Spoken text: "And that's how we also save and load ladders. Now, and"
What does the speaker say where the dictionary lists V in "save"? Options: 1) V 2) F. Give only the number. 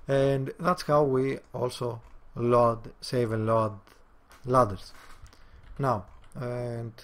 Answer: 1